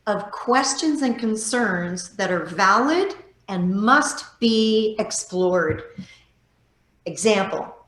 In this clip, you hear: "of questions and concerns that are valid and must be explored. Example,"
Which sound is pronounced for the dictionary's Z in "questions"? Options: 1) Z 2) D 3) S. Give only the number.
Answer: 1